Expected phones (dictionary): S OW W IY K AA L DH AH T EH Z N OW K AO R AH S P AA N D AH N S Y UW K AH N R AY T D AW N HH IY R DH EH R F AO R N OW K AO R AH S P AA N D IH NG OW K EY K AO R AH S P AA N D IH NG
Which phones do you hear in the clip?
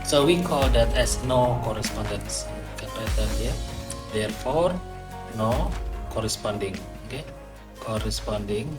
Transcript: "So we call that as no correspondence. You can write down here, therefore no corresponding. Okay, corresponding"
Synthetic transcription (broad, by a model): S OW W IY K AA L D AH T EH S N OW K AO R AH S P AA N D AH N S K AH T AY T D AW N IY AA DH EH R F AO R N OW K AO R AH S P AA N D IH NG OW K EY K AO R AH S P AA N D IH NG